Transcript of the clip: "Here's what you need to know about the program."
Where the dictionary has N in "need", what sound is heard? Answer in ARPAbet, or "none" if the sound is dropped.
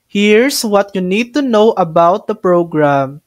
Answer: N